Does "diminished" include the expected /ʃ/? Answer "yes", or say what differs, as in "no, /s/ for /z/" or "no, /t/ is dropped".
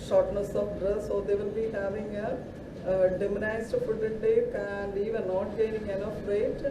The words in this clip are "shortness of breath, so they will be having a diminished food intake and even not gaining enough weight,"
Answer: no, /s/ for /ʃ/